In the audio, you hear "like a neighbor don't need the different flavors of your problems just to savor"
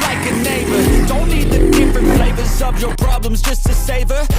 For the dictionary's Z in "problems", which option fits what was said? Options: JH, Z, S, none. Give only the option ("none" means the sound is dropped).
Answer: Z